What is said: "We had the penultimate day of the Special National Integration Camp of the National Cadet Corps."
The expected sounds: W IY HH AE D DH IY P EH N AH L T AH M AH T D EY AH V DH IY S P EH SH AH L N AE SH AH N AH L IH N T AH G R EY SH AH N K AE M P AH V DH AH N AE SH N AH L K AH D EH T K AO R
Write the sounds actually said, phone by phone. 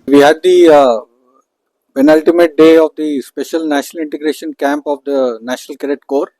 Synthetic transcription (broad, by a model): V IY HH AE D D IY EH N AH L T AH M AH T D EY AH V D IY S P EH SH AH L N AE SH AH N AH L IH N T AH G R EY SH AH N K AE M P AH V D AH N AE SH N AH L K AH D EH T K AO R